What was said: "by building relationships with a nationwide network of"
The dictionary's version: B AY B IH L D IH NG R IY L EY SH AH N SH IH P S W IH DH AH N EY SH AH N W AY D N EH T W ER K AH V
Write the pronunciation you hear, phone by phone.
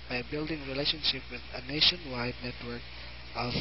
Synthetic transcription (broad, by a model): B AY B IH L D IH NG R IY L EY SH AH N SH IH P W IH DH AH N EY SH AH N W AY D N EH T W ER K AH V